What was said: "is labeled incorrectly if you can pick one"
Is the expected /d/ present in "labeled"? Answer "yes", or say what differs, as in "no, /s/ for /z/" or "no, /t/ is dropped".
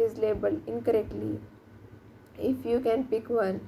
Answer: no, /d/ is dropped